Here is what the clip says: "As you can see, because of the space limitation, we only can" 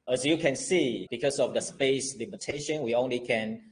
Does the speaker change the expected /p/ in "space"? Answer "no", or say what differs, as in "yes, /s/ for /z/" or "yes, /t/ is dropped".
no